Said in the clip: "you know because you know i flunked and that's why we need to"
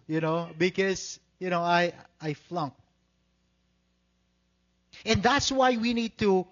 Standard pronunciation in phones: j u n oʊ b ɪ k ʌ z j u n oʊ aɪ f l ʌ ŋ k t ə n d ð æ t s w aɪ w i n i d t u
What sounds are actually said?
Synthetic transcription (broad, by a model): j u n oʊ b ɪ k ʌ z j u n oʊ aɪ f l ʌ ŋ k ə n ð æ t s w aɪ w i n i d t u